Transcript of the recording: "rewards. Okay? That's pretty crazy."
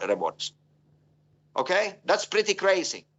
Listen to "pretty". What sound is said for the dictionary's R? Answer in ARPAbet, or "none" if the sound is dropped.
R